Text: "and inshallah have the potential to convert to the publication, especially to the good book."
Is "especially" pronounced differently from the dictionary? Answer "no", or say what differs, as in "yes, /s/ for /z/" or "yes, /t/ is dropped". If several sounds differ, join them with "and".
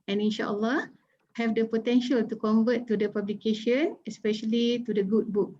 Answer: no